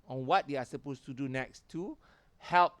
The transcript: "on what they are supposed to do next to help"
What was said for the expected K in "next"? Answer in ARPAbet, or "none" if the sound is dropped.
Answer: K